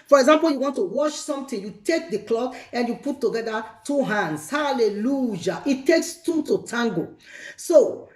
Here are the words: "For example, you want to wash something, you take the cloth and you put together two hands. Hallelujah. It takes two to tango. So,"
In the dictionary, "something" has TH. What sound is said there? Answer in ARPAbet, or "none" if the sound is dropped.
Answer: T